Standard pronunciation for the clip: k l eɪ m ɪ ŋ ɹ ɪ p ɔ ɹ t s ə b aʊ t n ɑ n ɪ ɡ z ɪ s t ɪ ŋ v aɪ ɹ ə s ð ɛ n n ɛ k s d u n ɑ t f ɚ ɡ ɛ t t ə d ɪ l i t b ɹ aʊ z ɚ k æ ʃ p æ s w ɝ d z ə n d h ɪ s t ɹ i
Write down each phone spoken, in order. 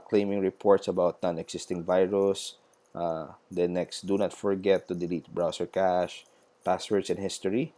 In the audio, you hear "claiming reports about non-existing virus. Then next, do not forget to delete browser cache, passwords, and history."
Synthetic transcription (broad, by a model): k l eɪ m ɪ ŋ ɹ ɪ p ɔ ɹ t s ə b aʊ t n ɑ n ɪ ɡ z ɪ s t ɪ ŋ v aɪ ɹ ə s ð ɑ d n ɛ k s d u n ɑ t f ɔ ɡ ɛ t t ə d ɪ l i t b ɹ aʊ s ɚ k æ ʃ p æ s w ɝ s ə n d h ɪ s t ɹ i